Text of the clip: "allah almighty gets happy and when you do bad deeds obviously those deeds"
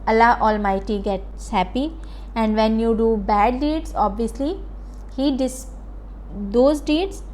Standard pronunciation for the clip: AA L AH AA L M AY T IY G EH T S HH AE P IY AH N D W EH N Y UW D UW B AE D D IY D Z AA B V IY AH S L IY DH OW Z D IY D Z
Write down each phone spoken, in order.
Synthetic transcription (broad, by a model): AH L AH AA L M AY T IY G EH T S HH AE P IY AH N D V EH N Y UW D UW B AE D D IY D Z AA B V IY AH S L IY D OW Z D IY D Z